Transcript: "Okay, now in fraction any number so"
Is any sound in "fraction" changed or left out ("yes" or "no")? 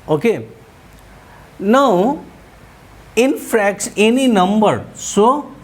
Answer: yes